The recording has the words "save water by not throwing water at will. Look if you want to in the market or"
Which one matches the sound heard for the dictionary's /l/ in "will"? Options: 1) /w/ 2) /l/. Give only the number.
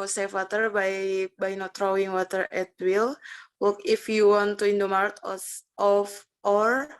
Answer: 2